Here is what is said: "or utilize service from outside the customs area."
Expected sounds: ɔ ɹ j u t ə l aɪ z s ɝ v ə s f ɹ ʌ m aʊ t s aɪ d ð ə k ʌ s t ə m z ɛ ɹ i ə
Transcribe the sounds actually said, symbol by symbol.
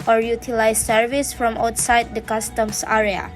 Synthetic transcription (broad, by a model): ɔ ɹ j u t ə l aɪ s ɝ v ə s f ɹ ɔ m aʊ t s aɪ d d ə k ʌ s t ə m s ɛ ɹ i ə